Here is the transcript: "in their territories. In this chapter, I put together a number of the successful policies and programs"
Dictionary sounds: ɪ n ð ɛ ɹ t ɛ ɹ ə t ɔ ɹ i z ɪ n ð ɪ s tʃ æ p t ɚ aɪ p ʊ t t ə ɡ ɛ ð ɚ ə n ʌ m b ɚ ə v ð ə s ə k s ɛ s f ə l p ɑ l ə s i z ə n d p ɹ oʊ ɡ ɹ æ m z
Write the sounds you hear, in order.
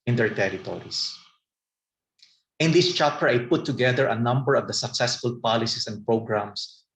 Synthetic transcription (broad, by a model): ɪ n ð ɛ ɹ t ɛ ɹ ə t ɔ ɹ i s ɪ n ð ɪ s tʃ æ p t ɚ aɪ p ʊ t t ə ɡ ɛ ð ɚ ə n ʌ m b ɚ ə v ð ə s ə k s ɛ s f ə l p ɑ l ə s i s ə n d p ɹ oʊ ɡ ɹ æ m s